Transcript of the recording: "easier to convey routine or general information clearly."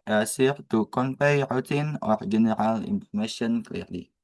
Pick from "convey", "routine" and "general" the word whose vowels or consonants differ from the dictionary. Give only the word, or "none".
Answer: convey